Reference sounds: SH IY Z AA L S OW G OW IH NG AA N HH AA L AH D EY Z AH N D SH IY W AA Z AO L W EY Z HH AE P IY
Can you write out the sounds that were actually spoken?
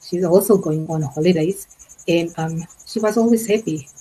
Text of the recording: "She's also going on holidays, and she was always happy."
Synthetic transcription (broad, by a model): SH IY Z AA L S OW G OW IH NG AA N HH AA L AH D EY Z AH N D SH IY W AA Z AO L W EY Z HH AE P IY